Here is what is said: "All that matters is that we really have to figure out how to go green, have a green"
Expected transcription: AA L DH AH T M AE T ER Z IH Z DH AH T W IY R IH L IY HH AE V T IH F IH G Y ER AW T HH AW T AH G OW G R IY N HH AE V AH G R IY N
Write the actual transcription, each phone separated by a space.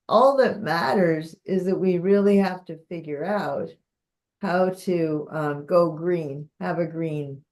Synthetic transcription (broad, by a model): AA L DH AH T M AE T ER Z IH Z DH AH T W IY R IH L IY HH AE F T IH F IH G Y ER AW T HH AW T AH G OW G R IY N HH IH V AH G R IY N